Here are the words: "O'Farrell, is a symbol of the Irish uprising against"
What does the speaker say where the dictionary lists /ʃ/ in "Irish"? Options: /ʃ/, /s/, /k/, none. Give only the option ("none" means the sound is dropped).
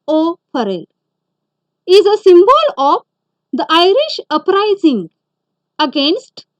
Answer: /ʃ/